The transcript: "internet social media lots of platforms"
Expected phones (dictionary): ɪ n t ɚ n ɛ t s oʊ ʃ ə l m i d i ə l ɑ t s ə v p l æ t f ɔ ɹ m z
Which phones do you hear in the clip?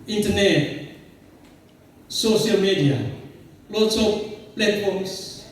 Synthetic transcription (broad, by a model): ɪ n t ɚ n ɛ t s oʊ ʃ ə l m i d i ə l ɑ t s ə p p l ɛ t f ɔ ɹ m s